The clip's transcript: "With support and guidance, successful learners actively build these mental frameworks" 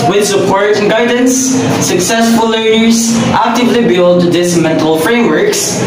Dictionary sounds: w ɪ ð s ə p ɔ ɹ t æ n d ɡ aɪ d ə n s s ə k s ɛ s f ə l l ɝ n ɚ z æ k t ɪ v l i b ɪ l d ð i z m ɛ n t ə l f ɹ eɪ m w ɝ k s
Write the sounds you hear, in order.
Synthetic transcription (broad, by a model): w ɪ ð s ə p ɔ ɹ t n ɡ aɪ d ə n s s ə k s ɛ s f ə l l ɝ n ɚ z æ k t ɪ v l i b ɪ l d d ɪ s m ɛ n t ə l f ɹ eɪ m w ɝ k s